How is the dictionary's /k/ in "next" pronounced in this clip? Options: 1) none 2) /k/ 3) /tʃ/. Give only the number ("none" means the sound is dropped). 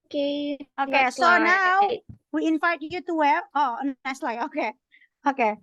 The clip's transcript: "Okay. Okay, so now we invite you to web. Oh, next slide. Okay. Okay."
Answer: 1